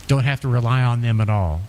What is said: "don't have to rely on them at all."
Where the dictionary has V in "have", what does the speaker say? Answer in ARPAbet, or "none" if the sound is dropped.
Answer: F